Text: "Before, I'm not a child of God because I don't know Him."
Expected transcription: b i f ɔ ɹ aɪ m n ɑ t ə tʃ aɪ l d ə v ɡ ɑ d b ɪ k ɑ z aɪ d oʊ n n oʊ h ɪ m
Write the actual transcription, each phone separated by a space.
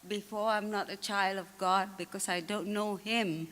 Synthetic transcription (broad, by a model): b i f ɔ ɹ aɪ m n ɑ t ə tʃ aɪ l d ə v ɡ ɑ d b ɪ k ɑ s aɪ d oʊ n n oʊ h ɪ m